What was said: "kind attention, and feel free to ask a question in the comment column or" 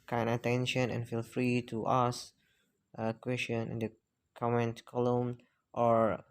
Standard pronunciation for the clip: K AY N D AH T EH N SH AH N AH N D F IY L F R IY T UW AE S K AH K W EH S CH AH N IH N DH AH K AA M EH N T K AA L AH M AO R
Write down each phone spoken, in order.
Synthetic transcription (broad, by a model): K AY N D AH T EH N SH AH N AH N F IY L F R IY T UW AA S AH K W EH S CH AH N IH N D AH K AA M EH N T K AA L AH M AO R